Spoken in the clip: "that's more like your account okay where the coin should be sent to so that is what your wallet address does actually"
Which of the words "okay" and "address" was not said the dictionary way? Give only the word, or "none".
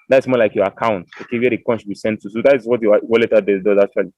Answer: address